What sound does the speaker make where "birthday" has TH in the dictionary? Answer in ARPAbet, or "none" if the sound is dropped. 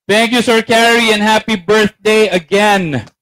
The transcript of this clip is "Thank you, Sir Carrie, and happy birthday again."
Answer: TH